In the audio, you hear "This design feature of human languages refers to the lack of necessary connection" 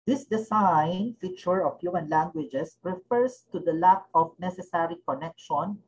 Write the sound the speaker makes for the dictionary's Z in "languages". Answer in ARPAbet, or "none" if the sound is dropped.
S